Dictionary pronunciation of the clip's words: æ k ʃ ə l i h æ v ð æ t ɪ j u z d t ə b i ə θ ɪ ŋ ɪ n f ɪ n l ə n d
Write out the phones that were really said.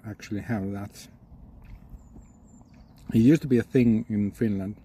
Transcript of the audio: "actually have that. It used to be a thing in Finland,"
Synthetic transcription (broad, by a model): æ k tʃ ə l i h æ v ð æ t ɪ j u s t ə b i ə θ ɪ ŋ ɪ n f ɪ n l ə n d